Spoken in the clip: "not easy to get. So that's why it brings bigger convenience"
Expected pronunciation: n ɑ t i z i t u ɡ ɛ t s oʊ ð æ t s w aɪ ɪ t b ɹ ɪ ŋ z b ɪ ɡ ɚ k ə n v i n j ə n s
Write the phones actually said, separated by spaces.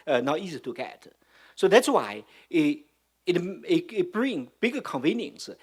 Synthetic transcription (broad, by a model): n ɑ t i z i t u ɡ ɛ t s oʊ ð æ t s w aɪ ɪ t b ɹ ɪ ŋ b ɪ ɡ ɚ k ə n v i n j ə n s